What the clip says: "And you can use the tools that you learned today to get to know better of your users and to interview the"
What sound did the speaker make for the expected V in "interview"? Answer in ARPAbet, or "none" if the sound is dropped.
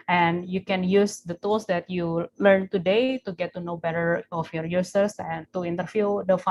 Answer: F